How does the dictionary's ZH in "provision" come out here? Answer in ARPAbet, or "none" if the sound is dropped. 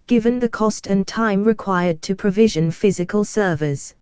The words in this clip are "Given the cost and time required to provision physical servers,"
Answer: ZH